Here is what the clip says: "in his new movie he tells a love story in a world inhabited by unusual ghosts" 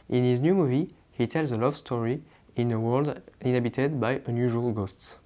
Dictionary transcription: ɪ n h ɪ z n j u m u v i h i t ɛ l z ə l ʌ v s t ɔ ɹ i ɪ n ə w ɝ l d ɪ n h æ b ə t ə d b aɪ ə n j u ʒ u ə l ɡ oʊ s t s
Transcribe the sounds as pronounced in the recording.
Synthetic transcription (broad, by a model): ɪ n h ɪ z n j u m u v i h i t ɛ l z ə l ʌ v s t ɔ ɹ i ɪ n ə w ɝ l d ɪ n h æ b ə t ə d b aɪ ə n j u ʒ u ə l ɡ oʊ s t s